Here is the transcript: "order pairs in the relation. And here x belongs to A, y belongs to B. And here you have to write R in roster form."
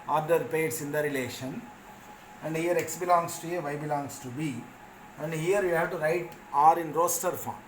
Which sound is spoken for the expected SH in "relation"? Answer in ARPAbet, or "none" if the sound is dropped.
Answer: SH